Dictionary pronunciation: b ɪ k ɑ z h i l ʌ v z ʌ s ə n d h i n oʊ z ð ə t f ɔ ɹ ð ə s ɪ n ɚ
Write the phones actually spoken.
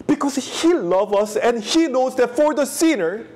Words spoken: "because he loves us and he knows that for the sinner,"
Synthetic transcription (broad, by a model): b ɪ k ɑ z h i l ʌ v ʌ s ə n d h i n oʊ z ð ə t f ɔ ɹ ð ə s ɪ n ɚ